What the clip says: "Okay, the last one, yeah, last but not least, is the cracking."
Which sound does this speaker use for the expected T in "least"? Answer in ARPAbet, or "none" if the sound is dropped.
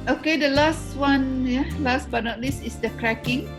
none